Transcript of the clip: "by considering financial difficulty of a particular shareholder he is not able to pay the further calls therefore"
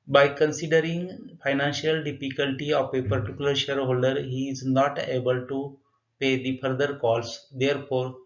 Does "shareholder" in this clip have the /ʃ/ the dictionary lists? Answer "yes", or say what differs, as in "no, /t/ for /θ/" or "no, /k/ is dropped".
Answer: yes